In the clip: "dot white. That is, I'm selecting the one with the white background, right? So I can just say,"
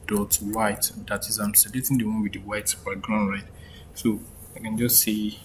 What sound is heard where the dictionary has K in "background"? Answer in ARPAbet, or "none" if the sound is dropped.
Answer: none